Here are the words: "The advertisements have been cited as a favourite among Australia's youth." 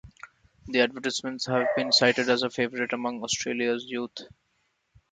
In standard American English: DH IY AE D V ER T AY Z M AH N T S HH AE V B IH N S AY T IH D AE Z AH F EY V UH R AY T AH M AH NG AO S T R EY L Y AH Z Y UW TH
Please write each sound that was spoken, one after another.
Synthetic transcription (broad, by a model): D IY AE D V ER T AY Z M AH N T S HH AE V B IH N S AY T IH D AE Z AH F EY V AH R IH T AH M AH NG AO S T R EY L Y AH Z Y UW T